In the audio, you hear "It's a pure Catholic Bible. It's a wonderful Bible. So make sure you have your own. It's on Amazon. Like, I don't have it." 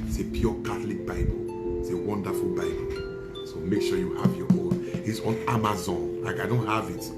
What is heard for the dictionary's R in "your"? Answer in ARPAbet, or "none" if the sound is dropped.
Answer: W